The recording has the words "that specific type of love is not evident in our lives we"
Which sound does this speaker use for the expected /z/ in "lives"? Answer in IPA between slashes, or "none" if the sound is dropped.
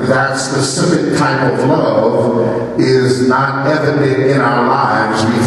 /z/